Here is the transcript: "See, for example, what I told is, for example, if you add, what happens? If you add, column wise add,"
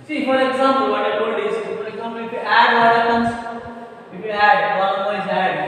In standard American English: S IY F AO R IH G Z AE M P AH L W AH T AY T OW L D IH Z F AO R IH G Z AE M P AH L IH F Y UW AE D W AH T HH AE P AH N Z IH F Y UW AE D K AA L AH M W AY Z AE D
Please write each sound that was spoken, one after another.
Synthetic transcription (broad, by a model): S IY F AO R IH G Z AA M P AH L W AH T AY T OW D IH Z F AO R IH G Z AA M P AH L IH F Y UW AE D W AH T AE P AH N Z IH F Y UW AE D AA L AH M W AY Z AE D